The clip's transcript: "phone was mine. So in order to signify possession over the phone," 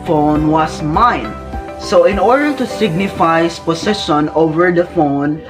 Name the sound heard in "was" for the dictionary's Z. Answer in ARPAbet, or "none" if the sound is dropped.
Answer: S